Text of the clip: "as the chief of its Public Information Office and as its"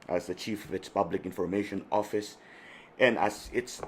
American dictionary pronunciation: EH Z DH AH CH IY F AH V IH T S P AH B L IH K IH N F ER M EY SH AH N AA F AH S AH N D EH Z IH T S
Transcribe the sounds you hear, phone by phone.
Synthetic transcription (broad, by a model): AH Z DH AH CH IY F AH V IH T S P AH B L IH K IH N F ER M EY SH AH N AA F AH S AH N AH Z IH T S